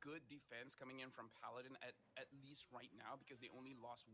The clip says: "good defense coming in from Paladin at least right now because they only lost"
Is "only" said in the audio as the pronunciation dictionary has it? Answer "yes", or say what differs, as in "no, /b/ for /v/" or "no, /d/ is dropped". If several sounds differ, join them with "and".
yes